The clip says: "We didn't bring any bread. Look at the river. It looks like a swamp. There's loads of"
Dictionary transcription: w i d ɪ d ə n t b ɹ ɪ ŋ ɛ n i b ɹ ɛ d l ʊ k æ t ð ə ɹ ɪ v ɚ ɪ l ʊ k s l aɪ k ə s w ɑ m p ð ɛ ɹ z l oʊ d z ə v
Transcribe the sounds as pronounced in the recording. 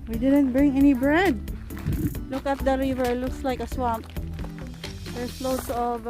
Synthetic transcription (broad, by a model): w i d ɪ d ə n t b ɹ ɪ ŋ ɛ n i b ɹ ɛ d l ʊ k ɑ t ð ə ɹ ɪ v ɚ l ʊ k s l aɪ k ə s w ɑ m p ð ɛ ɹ s l oʊ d s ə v